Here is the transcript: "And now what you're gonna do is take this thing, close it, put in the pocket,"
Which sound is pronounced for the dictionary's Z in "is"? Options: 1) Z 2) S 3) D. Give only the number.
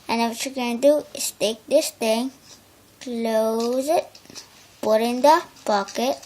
2